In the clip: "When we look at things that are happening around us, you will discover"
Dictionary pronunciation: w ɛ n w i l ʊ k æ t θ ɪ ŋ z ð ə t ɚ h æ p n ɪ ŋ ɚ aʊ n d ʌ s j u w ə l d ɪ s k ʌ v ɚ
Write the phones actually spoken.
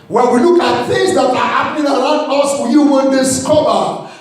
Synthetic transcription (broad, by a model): w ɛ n w i l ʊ k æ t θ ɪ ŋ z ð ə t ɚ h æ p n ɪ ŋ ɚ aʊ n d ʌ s j u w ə n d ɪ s k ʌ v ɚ